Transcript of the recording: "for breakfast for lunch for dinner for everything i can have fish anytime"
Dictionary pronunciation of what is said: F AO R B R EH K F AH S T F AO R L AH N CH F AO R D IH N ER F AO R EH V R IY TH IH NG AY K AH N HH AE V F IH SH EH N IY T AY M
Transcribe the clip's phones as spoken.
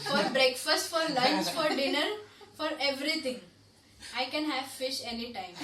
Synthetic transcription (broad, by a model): F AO R B R EH K F AH S T F AO R L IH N S F AO R D IH N ER F AO R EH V R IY T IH NG AY K AH N HH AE V F IH SH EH N IY T AY M